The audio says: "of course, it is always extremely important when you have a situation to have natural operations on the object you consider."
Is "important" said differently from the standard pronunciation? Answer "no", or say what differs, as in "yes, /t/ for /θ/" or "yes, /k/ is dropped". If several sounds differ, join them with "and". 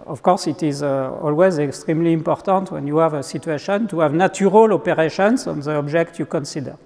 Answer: no